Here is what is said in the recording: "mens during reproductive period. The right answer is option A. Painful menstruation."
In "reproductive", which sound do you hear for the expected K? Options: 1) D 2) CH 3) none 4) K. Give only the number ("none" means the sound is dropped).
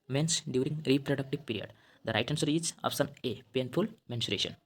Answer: 4